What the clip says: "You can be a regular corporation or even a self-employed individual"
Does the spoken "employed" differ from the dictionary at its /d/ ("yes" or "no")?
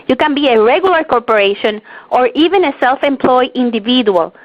yes